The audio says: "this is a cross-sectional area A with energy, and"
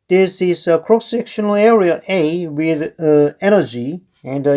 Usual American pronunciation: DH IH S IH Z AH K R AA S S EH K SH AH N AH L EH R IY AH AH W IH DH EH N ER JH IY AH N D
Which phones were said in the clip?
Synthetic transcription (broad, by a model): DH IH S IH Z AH K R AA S S EH K SH AH N AH L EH R IY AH AH W IH DH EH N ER JH IY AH N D